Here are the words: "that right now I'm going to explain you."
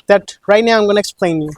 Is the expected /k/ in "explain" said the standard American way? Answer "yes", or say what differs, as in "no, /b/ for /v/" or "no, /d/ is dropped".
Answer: yes